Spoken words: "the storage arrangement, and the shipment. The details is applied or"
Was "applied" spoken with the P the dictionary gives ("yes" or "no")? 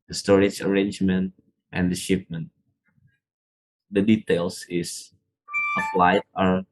no